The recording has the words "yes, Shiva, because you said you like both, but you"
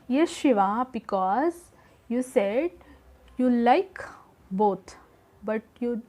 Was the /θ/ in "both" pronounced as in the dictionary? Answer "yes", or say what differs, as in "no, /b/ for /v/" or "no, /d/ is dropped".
no, /t/ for /θ/